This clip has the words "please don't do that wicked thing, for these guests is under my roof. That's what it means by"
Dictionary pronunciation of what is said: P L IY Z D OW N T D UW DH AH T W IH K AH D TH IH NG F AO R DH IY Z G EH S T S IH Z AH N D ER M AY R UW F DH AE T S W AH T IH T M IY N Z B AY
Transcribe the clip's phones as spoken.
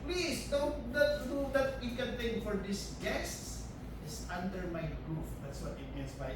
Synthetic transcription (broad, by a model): P L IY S D OW N T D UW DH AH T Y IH K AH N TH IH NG F AO R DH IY S G EH S T S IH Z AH N D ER M AY R UW F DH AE T S W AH T IH T M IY N S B AY